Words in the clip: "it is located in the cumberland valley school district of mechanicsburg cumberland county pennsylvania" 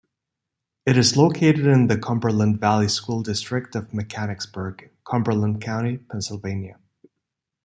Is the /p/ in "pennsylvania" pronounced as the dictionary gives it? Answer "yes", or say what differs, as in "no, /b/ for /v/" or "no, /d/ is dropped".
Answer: yes